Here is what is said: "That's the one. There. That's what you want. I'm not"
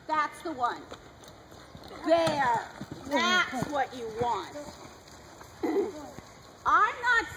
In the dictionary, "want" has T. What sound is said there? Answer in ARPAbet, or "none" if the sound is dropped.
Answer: T